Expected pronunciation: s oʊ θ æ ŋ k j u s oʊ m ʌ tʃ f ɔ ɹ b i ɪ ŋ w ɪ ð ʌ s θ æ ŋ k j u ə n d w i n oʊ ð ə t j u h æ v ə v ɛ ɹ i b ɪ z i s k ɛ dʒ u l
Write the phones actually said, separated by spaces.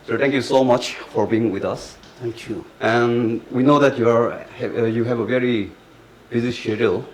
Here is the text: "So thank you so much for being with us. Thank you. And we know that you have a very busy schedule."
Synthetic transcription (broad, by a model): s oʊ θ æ ŋ k j u s oʊ m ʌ tʃ f ɔ ɹ b i ɪ ŋ w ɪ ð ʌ s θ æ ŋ k j u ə n w i n oʊ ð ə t j u h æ v ə v ɛ ɹ i b ɪ z i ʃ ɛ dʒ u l